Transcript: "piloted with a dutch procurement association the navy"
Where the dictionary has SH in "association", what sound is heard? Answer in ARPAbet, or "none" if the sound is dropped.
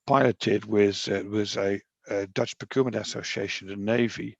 SH